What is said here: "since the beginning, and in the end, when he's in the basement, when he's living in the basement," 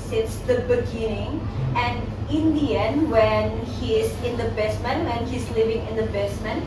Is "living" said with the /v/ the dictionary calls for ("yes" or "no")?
yes